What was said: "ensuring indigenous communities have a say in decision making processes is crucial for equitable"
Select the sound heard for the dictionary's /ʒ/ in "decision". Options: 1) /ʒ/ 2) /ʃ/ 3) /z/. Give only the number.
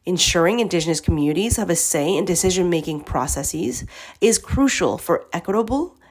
1